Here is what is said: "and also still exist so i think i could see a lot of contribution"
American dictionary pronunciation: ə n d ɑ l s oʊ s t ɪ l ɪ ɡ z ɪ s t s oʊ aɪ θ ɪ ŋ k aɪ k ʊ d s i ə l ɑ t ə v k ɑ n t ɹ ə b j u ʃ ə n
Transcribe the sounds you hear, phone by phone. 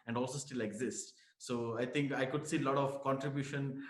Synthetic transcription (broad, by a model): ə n d ɑ l s oʊ s t ɪ l ɪ ɡ z ɪ s t s oʊ aɪ t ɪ ŋ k aɪ k ʊ d s i l ɑ t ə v k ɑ n t ɹ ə b j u ʃ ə n